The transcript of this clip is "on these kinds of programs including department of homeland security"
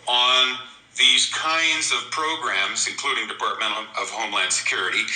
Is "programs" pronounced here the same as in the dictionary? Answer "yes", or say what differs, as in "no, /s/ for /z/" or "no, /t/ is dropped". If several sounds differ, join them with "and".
yes